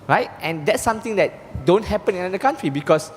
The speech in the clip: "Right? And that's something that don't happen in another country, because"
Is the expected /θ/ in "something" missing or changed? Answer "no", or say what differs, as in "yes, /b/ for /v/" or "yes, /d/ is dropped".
yes, /t/ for /θ/